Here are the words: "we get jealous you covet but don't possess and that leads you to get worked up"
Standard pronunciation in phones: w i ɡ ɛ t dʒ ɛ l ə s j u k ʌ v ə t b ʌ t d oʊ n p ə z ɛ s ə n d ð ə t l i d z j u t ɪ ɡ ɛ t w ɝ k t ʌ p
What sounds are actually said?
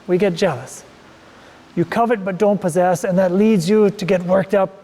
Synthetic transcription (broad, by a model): w i ɡ ɛ t dʒ ɛ l ə s j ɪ k ʌ v ə t b ʌ t d oʊ n p ə z ɛ s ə n ð ə t l i d z j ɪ t ɪ ɡ ɛ t w ɝ k t ʌ p